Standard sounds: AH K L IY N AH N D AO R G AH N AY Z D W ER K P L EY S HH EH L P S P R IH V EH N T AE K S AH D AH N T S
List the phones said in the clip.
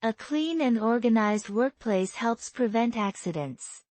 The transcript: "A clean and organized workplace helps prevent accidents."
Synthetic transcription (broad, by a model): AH K L IY N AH N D AO R G AH N AY Z D W ER K P L EY S HH EH L P S P R IH V EH N T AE K S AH D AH N T S